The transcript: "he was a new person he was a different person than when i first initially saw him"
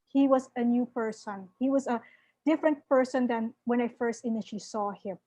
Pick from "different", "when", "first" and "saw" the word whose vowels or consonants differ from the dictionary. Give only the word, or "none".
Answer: none